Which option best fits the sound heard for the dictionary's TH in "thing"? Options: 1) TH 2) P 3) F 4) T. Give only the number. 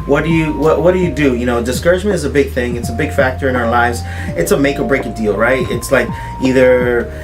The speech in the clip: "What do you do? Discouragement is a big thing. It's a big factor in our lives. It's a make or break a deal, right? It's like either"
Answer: 1